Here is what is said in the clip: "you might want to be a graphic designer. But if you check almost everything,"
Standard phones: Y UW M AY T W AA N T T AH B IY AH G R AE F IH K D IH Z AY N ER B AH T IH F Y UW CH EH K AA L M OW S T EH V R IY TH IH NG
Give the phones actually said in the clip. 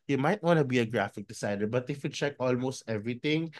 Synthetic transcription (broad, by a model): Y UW M AY T W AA N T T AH B IY AH G R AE F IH K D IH S AY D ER B AH T IH F Y UW CH EH K AA L M OW S T EH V R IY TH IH NG